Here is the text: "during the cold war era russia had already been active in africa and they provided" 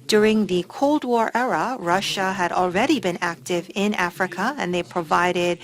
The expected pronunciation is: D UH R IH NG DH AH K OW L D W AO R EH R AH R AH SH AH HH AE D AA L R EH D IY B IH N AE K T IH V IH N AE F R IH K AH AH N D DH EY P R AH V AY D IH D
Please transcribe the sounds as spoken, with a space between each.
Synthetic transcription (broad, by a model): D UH R IH NG DH AH K OW L D W AO R EH R AH R AH SH AH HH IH D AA L R EH D IY B IH N AE K T IH V IH N AE F R IH K AH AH N DH EY P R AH V AY D IH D